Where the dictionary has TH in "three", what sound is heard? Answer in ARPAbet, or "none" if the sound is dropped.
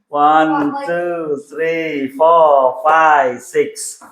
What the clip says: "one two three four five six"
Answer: T